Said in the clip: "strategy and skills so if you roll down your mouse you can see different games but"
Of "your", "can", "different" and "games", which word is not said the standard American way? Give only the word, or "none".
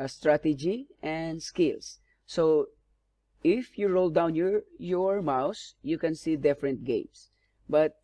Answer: games